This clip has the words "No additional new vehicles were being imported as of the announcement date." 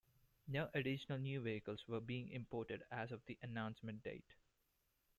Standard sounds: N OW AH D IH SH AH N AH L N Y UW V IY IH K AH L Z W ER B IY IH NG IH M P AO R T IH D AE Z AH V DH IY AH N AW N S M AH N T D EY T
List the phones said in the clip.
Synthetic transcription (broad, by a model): N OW AH D IH SH AH N AH L N Y UW V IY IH K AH L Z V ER B IY IH NG IH M P AO R T IH D AE Z AH V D IY AH N AW N S M AH N T D EY T